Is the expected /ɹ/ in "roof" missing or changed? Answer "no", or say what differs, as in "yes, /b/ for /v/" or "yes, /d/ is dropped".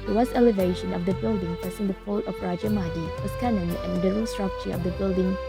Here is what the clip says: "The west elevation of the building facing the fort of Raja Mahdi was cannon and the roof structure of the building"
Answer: yes, /l/ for /ɹ/